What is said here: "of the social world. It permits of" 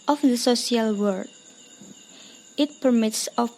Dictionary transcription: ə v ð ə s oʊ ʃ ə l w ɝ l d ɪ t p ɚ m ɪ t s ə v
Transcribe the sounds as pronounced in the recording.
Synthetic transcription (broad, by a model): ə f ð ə s oʊ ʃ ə l w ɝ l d ɪ t p ɚ m ɪ t s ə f